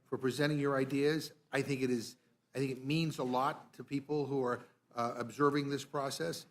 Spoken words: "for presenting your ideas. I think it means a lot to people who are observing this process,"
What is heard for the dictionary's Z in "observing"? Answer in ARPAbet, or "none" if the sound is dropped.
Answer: Z